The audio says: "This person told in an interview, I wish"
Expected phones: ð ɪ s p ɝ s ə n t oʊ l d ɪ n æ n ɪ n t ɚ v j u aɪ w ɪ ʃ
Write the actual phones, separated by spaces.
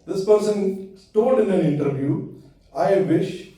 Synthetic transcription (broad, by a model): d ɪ s p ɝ s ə n t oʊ d ɪ n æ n ɪ n t ɚ v j u aɪ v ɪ ʃ